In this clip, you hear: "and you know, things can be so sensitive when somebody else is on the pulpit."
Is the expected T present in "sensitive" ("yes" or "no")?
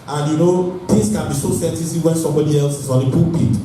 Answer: no